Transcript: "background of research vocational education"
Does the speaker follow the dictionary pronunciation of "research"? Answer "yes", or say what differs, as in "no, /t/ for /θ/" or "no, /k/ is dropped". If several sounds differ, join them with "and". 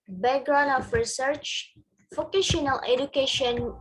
yes